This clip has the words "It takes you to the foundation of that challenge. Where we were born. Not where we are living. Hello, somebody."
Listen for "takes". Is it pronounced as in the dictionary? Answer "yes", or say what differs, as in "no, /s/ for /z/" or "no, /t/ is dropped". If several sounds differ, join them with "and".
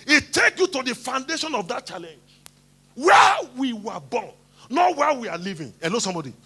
no, /s/ is dropped